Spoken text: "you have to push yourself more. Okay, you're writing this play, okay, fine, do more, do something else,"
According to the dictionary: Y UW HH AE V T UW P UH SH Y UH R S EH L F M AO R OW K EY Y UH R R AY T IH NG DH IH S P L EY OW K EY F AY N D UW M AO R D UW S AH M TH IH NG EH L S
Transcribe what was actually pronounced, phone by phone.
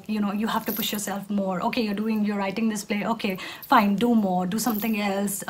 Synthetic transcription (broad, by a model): Y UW HH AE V T UW P UH SH Y UH R S EH L F M AO R OW K EY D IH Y R AY T IH NG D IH S P L EY OW K EY F AY N D UW M AO R D UW S AH M T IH NG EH L S